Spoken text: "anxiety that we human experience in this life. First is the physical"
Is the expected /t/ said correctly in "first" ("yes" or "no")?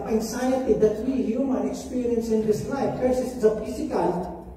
no